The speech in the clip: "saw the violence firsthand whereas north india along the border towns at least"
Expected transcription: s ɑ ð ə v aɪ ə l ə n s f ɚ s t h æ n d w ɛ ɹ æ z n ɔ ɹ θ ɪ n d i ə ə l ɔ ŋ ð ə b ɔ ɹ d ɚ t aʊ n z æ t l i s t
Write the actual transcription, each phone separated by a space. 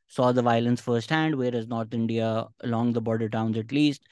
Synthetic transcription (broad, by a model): s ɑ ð ə v aɪ ə l ə n s f ɚ s t h æ n d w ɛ ɹ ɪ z n ɔ ɹ t ɪ n d i ə ə l ɔ ŋ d ə b ɔ ɹ d ɚ t aʊ n z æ t l i s t